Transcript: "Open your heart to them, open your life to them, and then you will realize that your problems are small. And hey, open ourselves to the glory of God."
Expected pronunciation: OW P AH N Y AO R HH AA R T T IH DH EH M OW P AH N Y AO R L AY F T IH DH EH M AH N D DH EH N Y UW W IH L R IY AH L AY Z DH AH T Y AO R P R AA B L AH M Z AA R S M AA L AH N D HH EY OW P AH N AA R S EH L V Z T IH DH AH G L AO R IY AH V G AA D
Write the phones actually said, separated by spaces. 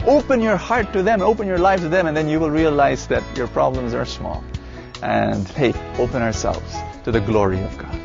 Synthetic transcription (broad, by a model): OW P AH N Y AO R HH AA R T T IH DH EH M OW P AH N Y AO R L AY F T IH DH EH M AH N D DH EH N Y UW W IH L R IY AH L AY Z DH AH T Y AO R P R AA B L AH M Z AA R S M AA L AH N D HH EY OW P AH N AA R S EH L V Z T IH DH AH G L AO R IY AH V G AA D